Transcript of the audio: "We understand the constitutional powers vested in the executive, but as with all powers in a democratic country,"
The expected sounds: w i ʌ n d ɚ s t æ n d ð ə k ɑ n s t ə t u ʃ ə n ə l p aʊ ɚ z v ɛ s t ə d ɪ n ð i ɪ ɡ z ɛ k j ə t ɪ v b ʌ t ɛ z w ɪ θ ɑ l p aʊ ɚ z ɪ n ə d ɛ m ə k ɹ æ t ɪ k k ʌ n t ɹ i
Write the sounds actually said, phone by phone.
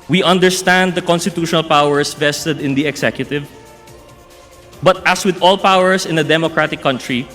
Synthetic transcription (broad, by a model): w i ʌ n d ɚ s t æ n d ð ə k ɑ n s t ə t u ʃ ə n ə l p aʊ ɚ s v ɛ s t ə d ɪ n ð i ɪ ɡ s ɛ k j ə t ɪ v b ʌ t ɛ s w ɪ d ɑ l p aʊ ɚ s ɪ n ə d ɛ m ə k ɹ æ t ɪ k k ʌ n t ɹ i